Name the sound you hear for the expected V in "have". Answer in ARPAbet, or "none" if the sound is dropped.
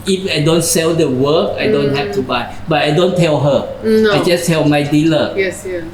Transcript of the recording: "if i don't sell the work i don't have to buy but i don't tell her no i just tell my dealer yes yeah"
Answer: F